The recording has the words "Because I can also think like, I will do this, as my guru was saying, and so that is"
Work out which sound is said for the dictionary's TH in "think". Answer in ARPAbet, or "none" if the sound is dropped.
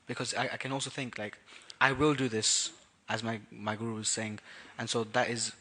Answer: TH